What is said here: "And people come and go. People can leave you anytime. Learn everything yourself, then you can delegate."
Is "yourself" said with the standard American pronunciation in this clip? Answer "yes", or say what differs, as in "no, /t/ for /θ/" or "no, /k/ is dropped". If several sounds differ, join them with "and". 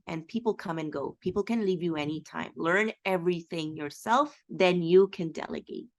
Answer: yes